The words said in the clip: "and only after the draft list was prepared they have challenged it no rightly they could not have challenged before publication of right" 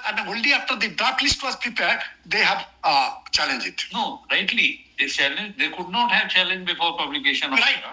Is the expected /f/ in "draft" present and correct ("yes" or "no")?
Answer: no